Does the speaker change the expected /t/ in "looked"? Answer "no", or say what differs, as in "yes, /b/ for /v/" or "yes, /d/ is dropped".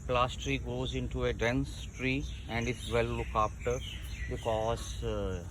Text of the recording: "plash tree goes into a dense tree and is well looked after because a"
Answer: yes, /t/ is dropped